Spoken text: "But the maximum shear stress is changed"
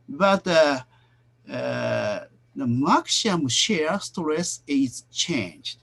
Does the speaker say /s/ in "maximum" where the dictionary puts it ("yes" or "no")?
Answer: no